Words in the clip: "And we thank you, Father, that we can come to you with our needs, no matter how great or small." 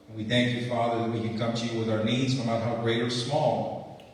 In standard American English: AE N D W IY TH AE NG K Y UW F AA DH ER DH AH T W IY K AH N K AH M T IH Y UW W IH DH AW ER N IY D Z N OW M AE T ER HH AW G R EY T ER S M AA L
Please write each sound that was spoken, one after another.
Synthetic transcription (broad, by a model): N W IY TH AE NG K Y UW F AA DH ER DH AH T W IY K AH N K AH M T IH Y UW W IH DH AW ER N IY D Z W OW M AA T HH AW G R EY T ER S M AA L